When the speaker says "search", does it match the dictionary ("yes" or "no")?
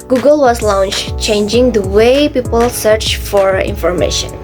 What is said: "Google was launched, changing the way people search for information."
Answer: yes